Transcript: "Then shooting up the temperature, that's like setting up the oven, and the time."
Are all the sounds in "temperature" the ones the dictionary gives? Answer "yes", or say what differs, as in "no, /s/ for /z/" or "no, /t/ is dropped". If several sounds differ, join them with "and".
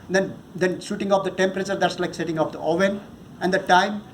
yes